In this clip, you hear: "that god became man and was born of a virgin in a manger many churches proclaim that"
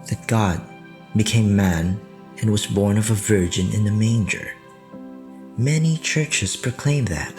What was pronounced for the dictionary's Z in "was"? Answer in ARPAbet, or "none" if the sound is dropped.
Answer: Z